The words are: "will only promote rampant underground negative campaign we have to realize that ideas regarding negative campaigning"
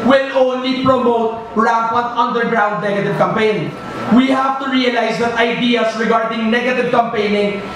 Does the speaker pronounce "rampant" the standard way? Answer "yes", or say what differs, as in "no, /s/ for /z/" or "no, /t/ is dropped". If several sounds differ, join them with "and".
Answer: no, /m/ is dropped